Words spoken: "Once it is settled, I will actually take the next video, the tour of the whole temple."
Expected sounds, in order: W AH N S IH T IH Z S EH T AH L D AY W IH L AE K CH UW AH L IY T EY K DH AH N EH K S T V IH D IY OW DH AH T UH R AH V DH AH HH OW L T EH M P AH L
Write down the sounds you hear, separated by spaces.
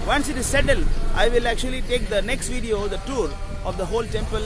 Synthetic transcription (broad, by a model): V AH N S IH T IH Z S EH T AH L AY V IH L AE K CH UW AH L IY T EY K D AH N EH K S T V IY D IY OW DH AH T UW R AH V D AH HH OW L T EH M P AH L